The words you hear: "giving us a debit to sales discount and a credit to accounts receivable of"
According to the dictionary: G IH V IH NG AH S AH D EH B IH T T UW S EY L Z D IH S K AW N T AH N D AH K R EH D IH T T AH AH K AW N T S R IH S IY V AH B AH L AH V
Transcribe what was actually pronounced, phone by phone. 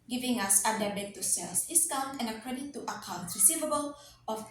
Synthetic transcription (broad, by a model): G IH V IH NG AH S AH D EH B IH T T UW S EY L S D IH S K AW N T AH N AH K R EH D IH T T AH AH K AW N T R IH S IY V AH B AH L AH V